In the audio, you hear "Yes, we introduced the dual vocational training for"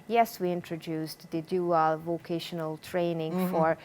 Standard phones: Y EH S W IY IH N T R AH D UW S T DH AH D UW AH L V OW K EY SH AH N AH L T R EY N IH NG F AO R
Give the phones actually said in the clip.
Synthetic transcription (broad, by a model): Y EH S W IY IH N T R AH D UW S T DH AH D UW AH L V OW K EY SH AH N AH L T R EY N IH NG F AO R